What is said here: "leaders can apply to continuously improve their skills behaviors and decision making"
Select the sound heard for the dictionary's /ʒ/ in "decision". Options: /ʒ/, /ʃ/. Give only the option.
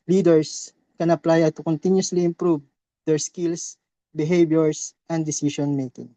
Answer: /ʃ/